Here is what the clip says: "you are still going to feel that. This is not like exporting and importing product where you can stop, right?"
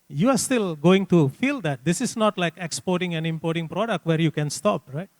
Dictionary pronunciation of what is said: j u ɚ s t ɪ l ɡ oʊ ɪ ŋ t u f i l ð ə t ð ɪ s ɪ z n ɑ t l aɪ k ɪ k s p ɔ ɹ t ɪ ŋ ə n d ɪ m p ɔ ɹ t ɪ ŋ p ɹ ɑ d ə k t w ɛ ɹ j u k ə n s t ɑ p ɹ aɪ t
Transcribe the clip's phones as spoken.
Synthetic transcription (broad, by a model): j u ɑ s t ɪ l ɡ oʊ ɪ ŋ t u f i l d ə t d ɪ s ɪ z n ɑ t l aɪ k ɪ k s p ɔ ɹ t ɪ ŋ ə n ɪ m p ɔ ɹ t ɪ ŋ p ɹ ɑ d ə k t w ɛ ɹ j u k ə n s t ɑ p ɹ aɪ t